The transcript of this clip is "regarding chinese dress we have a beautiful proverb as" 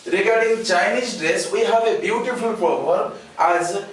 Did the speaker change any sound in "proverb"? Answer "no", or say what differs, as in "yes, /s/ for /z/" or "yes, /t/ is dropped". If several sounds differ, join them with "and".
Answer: yes, /ɹ/ is dropped and /b/ is dropped